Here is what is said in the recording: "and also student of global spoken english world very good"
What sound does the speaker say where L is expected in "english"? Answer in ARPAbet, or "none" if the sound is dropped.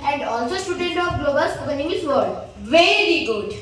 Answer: none